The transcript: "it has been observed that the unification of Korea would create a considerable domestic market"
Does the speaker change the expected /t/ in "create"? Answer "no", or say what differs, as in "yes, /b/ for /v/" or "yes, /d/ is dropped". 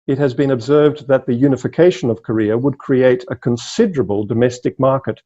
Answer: no